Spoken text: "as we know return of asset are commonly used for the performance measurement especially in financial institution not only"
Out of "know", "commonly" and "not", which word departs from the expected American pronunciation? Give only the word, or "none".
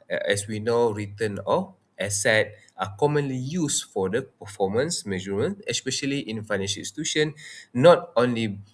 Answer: none